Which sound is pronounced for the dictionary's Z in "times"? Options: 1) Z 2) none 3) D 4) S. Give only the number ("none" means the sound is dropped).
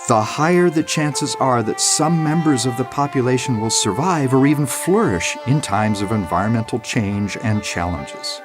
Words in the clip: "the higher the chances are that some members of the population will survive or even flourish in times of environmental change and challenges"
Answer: 1